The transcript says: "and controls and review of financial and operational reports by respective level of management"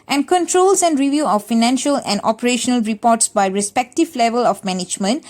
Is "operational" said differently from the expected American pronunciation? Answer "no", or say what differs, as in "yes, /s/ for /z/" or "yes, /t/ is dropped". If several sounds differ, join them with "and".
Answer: no